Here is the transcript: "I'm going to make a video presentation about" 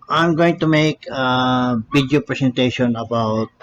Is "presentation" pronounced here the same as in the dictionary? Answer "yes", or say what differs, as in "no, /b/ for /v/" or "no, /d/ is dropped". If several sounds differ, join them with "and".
no, /s/ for /z/